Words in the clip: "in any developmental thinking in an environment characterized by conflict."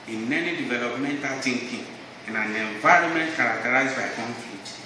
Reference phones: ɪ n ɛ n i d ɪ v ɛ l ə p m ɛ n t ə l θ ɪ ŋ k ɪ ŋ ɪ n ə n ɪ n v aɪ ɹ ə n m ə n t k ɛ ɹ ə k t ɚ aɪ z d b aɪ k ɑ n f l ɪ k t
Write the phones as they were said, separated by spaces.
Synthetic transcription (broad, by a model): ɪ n ɛ n i d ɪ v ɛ l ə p m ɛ n t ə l t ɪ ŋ k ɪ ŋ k n ə n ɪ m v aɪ ɹ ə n m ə n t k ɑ ɹ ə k t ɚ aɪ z b aɪ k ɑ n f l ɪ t